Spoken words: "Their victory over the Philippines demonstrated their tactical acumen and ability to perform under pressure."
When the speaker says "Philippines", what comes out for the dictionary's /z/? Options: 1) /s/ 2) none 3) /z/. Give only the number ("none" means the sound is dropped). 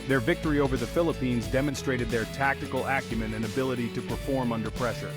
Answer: 3